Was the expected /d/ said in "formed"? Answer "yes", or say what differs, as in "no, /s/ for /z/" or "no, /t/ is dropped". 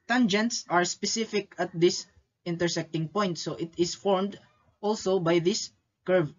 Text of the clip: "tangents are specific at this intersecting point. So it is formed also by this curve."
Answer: yes